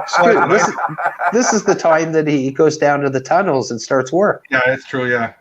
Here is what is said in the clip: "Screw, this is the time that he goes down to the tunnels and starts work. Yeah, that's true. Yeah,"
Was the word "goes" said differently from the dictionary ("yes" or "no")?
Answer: no